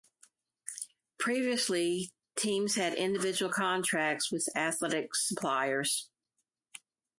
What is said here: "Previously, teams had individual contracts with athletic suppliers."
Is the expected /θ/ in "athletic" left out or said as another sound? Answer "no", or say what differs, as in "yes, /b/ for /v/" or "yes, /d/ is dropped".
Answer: no